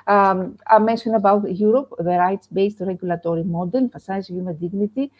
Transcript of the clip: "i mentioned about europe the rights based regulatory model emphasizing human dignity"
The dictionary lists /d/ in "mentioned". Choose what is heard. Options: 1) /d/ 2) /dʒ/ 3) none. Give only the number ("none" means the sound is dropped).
3